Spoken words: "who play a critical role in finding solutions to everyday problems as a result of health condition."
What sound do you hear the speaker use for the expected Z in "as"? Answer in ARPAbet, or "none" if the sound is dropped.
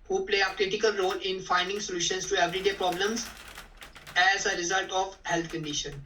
Z